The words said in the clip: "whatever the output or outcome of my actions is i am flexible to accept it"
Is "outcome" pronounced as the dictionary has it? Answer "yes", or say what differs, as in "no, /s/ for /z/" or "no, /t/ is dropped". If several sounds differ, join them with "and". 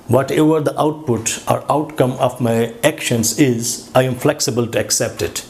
yes